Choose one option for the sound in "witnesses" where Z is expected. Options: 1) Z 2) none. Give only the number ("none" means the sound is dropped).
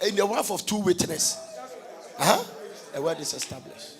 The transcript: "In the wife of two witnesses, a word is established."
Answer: 2